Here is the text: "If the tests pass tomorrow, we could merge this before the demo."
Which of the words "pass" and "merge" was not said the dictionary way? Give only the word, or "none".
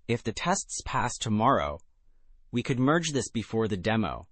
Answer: none